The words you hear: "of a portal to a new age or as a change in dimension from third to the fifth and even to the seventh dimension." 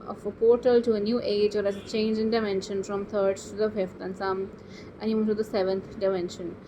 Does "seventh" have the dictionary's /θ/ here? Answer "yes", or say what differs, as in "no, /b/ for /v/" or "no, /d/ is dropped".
no, /t/ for /θ/